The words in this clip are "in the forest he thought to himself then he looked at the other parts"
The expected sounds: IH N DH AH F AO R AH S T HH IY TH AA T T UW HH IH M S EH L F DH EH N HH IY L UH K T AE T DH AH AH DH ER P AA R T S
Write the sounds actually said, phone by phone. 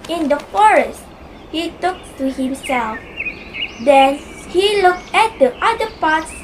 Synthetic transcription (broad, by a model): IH N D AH F AO R AH S T HH IY T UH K T UW HH IH M S EH L F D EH N HH IY L UH K T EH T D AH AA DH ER P AA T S